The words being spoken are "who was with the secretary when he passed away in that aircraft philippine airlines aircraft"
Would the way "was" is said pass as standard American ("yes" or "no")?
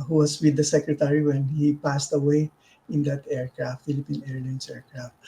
no